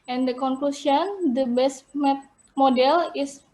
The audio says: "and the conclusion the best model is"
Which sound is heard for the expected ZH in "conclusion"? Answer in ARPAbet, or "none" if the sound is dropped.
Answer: S